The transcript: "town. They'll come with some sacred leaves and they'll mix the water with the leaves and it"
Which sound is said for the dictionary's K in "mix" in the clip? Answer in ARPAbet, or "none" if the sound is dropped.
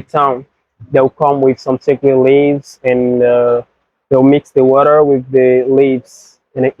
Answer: K